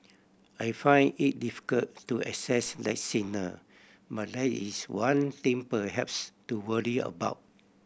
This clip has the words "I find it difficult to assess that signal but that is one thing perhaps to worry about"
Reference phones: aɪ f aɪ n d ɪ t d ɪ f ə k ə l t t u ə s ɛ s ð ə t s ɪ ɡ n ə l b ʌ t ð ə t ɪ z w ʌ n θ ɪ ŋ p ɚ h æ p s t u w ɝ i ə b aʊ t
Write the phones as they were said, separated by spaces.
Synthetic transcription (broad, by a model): aɪ f aɪ n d ɪ t d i f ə k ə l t t u ə s ɛ s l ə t s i n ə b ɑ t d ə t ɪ s w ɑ n t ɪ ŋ p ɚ h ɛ p s t u w ɝ i ə b aʊ t